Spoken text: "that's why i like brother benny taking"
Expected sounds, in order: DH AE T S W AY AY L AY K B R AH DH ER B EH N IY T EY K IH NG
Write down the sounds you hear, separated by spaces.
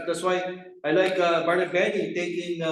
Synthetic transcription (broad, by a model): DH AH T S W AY AY L AY K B AH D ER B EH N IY T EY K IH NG